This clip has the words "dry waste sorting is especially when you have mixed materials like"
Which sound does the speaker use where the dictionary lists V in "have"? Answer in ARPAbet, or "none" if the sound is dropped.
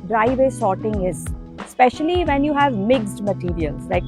V